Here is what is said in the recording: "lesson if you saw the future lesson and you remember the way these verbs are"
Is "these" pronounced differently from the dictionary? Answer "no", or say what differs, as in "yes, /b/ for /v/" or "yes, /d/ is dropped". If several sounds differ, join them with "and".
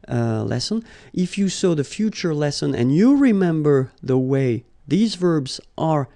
no